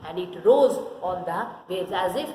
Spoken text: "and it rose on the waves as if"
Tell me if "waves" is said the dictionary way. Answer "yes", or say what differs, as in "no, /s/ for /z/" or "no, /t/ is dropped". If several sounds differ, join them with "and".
no, /v/ is dropped